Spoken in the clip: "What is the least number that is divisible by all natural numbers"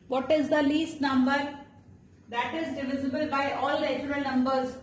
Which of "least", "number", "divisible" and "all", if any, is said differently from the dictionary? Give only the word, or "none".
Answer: none